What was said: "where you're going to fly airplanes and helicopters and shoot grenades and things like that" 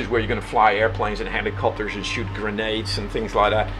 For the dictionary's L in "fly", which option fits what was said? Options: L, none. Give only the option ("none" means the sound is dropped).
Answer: L